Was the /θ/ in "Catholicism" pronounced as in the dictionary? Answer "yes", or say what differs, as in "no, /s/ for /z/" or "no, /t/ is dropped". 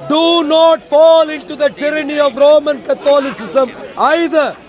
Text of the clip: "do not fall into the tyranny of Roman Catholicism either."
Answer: no, /t/ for /θ/